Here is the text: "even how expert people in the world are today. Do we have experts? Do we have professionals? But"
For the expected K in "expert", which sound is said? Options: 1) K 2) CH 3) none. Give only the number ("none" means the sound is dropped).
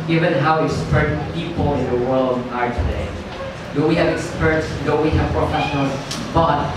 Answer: 3